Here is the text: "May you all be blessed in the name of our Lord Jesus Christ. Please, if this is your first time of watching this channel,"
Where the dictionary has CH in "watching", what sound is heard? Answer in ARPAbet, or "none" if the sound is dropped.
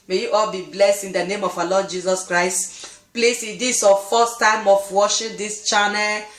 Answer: SH